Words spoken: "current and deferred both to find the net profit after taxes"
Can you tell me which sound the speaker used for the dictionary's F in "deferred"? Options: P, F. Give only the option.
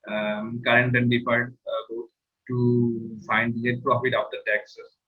P